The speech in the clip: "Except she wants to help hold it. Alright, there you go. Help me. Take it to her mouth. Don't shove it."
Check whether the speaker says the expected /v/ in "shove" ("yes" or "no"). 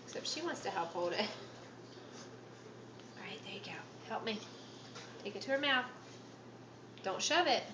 yes